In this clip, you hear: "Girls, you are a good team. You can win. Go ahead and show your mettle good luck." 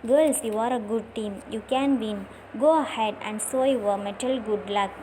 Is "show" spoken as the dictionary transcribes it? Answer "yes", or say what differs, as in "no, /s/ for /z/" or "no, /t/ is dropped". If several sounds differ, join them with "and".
no, /s/ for /ʃ/